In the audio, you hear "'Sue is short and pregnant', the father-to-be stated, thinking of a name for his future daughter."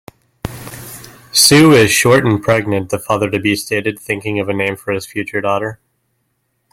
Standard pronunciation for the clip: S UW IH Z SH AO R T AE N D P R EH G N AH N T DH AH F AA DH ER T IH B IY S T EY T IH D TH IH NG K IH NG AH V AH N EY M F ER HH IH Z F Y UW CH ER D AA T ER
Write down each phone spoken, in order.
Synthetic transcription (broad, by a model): S UW IH Z SH AO R T N P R EH G N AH N DH AH F AA DH ER T IH B IY S T EY T IH D TH IH NG K IH NG AH V AH N EY M F ER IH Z F Y UW CH ER D AA T ER